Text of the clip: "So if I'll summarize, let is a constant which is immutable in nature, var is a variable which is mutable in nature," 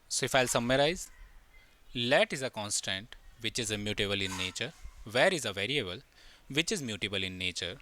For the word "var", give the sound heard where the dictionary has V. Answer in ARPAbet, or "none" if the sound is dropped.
V